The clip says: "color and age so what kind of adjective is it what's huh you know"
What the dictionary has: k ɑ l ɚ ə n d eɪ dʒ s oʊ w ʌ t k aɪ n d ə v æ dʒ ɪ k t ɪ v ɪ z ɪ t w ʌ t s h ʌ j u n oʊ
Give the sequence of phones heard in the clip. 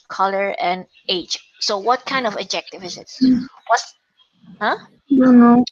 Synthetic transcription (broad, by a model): k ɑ l ɚ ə n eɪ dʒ s oʊ w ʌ t k aɪ n d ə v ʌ dʒ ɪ k t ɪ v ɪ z ɪ t w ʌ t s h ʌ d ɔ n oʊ